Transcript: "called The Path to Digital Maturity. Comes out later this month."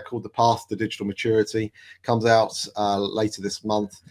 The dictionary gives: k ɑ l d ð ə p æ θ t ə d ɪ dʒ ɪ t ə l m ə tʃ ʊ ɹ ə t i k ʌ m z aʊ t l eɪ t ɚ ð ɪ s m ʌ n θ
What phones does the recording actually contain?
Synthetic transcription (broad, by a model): k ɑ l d ð ə p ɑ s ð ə d ɪ dʒ ɪ t ə l m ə tʃ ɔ ɹ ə t i k ʌ m z aʊ t l eɪ t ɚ ð ɪ s m ʌ n θ